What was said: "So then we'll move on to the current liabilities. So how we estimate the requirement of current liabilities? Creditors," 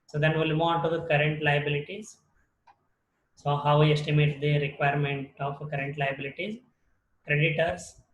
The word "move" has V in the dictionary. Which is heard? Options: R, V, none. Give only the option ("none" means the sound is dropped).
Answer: none